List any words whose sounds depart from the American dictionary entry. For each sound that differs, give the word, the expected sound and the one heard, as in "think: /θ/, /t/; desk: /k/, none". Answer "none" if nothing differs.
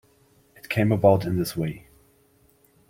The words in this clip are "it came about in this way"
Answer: none